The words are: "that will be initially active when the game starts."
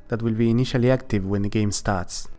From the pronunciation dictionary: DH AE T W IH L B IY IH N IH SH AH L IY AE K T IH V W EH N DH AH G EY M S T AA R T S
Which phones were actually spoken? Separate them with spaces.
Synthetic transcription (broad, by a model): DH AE T W IH L B IY IH N IH SH AH L IY AE K T IH V W EH N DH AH G EY M S T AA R T S